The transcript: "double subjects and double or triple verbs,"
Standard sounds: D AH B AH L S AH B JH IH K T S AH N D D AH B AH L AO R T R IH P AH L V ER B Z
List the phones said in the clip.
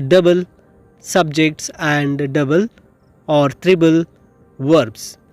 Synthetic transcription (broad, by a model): D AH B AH L S AH B JH IH K T S AH N D D AH B AH L AO R T R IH B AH L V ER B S